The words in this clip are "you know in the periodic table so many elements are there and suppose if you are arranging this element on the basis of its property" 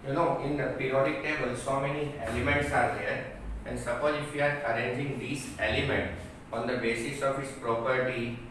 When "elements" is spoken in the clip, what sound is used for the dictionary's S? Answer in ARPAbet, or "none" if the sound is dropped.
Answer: S